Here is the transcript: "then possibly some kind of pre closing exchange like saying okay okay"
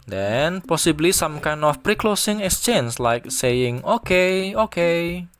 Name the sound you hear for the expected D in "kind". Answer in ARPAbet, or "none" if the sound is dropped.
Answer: none